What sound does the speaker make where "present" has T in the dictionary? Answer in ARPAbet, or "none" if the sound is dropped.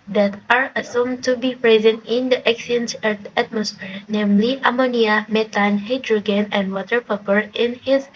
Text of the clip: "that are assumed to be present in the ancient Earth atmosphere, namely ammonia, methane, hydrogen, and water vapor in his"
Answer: T